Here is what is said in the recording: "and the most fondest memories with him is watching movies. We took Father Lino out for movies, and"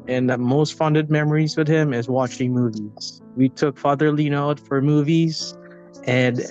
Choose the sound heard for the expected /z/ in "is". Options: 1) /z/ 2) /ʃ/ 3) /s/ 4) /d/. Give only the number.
1